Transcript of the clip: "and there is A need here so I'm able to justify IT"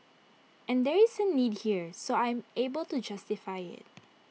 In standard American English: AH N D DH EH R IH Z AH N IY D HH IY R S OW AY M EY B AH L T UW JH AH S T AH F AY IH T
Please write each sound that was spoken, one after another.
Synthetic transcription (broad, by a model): AH N D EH R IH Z AH N IY D HH IY R S OW AY M EY B AH L T UW JH AH S T AH F AY IH T